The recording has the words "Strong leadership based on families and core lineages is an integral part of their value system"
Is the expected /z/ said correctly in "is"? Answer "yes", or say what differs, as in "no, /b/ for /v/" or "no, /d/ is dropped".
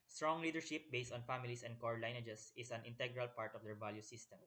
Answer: no, /s/ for /z/